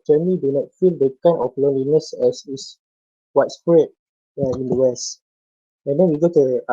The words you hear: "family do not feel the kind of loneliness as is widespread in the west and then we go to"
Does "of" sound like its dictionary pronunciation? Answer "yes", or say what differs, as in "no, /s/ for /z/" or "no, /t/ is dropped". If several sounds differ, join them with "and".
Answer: no, /f/ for /v/